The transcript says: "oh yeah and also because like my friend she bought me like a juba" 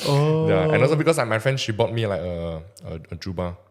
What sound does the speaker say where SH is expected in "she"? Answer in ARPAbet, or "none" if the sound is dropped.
SH